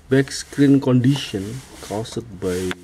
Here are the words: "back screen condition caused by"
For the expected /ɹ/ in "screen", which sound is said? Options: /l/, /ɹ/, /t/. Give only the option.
/ɹ/